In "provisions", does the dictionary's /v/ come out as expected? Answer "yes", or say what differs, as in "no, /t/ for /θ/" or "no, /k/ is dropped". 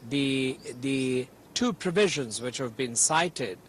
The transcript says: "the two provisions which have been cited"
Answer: yes